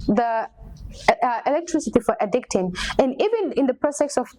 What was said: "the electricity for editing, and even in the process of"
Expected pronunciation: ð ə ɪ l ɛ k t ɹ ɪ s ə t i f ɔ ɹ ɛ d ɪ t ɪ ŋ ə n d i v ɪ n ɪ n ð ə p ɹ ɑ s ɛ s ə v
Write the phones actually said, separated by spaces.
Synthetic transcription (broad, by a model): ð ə ɪ l ɛ k t ɹ ɪ s ə t i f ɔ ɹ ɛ d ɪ t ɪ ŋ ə n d i v ɪ n ɪ n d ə p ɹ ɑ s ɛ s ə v